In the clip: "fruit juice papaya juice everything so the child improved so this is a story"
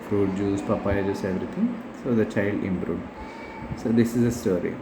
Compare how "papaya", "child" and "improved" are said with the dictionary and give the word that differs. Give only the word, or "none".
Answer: improved